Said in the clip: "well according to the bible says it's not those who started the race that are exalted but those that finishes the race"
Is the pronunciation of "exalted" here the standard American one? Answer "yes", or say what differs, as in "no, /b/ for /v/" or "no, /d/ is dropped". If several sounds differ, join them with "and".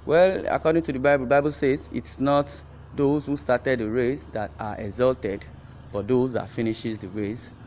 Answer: yes